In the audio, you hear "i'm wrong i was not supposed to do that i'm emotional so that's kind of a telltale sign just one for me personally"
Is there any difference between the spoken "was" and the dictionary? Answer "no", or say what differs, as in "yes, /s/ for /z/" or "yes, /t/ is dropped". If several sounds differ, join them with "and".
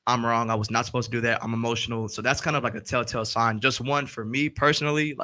no